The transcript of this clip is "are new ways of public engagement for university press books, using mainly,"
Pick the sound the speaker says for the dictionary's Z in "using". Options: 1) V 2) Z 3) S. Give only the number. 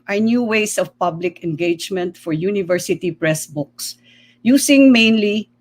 3